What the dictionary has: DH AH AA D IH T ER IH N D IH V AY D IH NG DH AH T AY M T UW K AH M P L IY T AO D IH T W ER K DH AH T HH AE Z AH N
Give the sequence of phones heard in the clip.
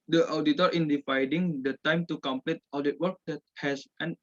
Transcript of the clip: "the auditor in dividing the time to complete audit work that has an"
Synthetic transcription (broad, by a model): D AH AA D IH T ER IH N D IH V AY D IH NG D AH T AY M T UW K AH M P L IY T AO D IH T W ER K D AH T HH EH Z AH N